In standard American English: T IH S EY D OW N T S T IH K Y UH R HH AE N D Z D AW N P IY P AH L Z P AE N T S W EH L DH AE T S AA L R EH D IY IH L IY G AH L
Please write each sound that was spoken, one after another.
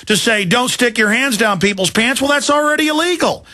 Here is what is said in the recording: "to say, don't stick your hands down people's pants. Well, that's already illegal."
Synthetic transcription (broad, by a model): T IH S EY D OW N T S T IH K Y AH R HH AE N D Z D AW N P IY P L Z P AE N T S W EH L DH AE T S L R EH D IY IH L IY G L